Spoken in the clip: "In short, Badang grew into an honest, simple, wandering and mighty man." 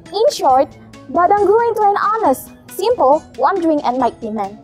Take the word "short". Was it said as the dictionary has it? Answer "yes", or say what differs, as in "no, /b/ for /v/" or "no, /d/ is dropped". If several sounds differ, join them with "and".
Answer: yes